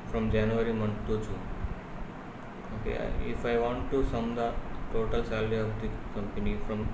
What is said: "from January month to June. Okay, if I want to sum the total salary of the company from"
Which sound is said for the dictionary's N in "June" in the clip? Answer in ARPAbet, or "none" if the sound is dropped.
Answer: none